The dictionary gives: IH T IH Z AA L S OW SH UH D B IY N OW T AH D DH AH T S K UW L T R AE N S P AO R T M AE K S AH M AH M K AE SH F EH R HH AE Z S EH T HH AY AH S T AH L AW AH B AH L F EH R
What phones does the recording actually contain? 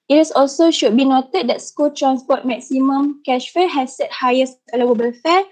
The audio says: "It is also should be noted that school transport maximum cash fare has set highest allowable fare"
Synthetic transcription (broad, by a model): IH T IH S AA L S OW SH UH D B IY N OW T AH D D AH T S K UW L T R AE N S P AO T M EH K S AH M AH M K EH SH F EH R HH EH S EH T HH AY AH S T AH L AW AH B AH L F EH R